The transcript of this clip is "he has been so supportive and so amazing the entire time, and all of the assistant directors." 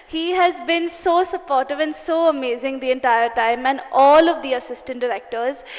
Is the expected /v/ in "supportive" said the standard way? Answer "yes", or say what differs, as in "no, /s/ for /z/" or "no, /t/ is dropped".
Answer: yes